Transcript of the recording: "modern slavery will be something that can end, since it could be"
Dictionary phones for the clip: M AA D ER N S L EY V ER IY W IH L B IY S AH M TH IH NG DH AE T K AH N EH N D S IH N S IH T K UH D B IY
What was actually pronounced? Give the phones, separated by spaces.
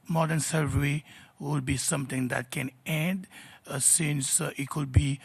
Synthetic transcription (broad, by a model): M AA D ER N S EY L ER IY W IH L B IY S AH M T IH NG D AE T K AH N EH N D S IH N S IH T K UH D B IY